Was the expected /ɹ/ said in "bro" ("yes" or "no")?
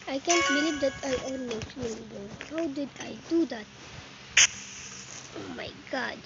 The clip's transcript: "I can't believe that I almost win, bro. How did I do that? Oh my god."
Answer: no